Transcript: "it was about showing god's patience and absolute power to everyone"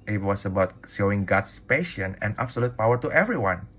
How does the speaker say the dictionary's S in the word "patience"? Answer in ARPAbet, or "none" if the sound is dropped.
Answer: none